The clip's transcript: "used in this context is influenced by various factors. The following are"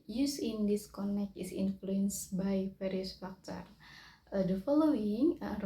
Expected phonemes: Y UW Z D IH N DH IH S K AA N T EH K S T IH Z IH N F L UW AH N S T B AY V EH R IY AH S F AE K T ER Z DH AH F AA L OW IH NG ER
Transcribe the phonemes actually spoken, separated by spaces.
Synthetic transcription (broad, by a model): Y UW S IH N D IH S K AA N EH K T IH S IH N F L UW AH N S B AY F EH R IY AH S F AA K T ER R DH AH F AA L OW IH NG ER